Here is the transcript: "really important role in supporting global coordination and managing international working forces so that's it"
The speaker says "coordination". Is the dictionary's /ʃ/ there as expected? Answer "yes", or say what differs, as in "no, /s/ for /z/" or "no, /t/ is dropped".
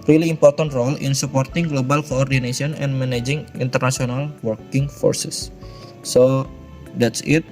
no, /s/ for /ʃ/